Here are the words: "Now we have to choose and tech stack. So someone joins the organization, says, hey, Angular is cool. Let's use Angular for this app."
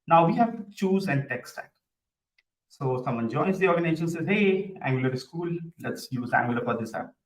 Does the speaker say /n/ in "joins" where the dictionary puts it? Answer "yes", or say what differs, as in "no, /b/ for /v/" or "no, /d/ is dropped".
no, /n/ is dropped